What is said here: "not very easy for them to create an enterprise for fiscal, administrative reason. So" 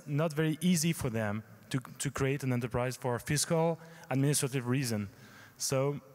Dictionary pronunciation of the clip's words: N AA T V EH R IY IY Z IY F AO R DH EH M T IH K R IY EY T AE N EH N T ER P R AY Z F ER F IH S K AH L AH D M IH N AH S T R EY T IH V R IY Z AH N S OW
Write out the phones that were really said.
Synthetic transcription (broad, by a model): N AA T V EH R IY IY Z IY F AO R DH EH M T IH K R IY EY T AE N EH N T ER P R AY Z F ER F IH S K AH L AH D M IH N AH S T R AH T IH V R IY Z AH N S OW